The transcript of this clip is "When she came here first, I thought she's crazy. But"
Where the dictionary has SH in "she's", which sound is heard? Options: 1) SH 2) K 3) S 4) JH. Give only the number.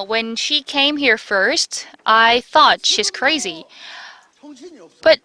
1